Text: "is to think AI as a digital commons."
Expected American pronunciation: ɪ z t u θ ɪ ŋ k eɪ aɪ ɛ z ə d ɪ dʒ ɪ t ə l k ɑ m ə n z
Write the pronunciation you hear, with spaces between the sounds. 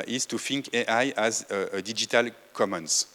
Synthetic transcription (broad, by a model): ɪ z t u f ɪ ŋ k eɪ aɪ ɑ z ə d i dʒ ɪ t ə l k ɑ m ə n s